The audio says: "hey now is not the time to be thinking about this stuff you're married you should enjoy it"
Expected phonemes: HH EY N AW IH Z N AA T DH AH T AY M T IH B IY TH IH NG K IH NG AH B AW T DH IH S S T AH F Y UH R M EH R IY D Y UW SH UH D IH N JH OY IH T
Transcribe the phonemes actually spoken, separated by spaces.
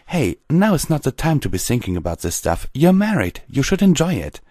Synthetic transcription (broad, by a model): HH EY N AW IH S N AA T DH AH T AY M T IH B IY TH IH NG K IH NG AH B AW T DH IH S S T AH F Y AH R M EH R IY D Y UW SH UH D IH N JH OY IH T